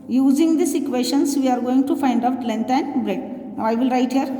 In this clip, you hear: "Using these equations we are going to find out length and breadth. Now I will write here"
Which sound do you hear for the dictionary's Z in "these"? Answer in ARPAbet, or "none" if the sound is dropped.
S